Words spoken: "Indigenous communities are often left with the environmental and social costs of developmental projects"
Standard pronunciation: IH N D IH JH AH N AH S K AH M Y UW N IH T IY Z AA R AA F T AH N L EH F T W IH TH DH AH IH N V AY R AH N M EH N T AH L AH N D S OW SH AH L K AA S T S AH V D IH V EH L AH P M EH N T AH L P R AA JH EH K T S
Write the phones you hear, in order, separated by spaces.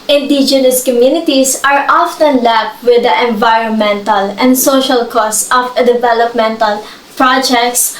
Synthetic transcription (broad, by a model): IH N D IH JH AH N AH S K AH M Y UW N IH T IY S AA R AA F T AH N L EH P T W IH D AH IH N V AY R AH N M EH N T AH L AH N D S OW SH AH L K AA S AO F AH D IH V EH L AH P M EH N T AH L P R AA JH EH K T S